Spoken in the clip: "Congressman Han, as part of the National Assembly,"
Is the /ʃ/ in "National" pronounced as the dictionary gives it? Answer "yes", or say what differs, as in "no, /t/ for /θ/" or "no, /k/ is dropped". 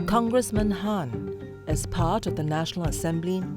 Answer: yes